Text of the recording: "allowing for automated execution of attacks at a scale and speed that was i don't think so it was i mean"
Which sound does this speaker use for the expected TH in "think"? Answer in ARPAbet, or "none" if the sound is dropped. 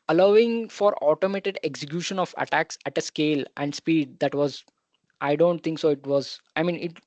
T